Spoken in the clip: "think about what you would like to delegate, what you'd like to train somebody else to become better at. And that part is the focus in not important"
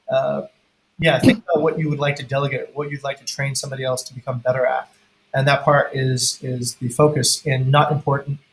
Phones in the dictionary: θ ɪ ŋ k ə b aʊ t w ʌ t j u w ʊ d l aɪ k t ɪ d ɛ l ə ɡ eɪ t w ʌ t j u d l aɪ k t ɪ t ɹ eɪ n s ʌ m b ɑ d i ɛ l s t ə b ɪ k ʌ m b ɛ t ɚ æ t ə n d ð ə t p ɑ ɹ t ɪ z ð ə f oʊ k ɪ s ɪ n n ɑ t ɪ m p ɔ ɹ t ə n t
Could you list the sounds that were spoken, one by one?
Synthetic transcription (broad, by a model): θ ɪ ŋ k ə b aʊ t w ʌ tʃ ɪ w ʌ d l aɪ k t ɪ d ɛ l ə ɡ eɪ t w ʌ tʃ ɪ d l aɪ k t ɪ t ɹ eɪ n s ʌ m b ɑ d i ɛ l s t ə b ɪ k ʌ m b ɛ t ɚ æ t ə n ð ə t p ɑ ɹ t ɪ z ð ə f oʊ k ɪ s ɪ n n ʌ t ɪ m p ɔ ɹ t n t